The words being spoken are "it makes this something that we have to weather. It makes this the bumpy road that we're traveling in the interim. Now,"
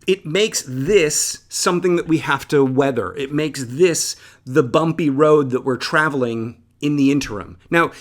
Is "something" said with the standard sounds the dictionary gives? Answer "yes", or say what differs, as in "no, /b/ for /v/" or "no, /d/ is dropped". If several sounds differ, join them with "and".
yes